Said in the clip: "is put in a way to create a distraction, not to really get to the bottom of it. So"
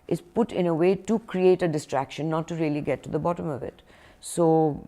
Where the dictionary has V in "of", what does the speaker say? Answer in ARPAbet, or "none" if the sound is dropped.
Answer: V